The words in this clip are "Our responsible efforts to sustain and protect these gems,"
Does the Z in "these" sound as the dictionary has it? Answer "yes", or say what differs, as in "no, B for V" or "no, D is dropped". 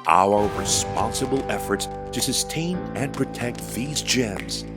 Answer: yes